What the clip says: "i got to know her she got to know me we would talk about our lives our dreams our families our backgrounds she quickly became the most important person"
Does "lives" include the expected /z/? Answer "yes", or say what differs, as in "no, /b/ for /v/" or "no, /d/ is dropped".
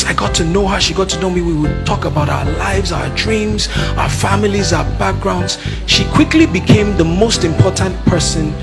yes